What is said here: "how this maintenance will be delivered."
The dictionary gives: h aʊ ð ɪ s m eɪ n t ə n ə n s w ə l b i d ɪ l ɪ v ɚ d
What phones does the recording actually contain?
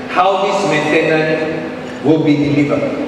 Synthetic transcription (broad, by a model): h aʊ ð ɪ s m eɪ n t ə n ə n w ə l b i d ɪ l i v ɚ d